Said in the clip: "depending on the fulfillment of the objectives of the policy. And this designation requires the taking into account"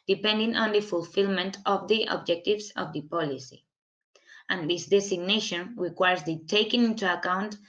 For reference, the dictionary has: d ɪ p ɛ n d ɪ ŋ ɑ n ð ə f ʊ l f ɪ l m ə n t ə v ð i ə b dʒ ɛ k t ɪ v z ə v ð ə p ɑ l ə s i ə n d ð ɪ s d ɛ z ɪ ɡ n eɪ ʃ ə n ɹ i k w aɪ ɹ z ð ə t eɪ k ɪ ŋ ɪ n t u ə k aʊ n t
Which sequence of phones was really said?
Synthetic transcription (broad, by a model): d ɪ p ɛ n d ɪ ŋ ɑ n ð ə f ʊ l f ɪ l m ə n t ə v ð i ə b dʒ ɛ k t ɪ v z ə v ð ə p ɑ l ə s i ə n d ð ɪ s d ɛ s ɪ ɡ n eɪ ʃ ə n ɹ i k w aɪ ɹ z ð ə t eɪ k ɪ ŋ ɪ n t u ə k aʊ n t